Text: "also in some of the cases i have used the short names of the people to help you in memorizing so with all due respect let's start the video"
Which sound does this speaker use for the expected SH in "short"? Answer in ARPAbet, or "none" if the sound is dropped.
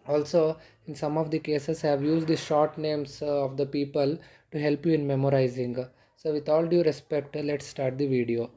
SH